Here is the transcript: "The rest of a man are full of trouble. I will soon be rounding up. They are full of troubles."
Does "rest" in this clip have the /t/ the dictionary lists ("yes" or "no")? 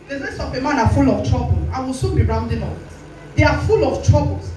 no